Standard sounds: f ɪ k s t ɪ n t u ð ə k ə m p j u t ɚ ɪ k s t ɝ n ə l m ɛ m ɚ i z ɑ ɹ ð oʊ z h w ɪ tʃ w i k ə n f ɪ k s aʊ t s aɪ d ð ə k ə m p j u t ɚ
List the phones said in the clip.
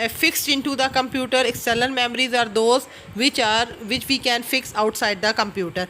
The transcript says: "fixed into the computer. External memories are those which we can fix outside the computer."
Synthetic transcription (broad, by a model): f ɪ k s t ɪ n t u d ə k ə m p j u t ɚ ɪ k s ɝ l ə n m ɛ m ɚ i z ɑ ɹ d oʊ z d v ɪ tʃ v i k ə n f ɪ k s aʊ t s aɪ d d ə k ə m p j u t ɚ